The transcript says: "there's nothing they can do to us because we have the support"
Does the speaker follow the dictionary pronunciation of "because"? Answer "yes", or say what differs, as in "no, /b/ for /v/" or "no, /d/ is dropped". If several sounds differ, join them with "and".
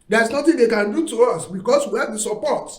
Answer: no, /s/ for /z/